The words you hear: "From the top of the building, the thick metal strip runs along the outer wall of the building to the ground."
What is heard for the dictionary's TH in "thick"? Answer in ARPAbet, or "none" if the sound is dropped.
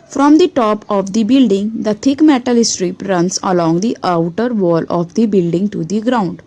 T